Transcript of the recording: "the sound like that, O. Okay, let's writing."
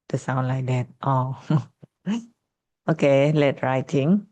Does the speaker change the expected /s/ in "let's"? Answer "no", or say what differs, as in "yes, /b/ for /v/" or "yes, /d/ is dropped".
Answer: yes, /s/ is dropped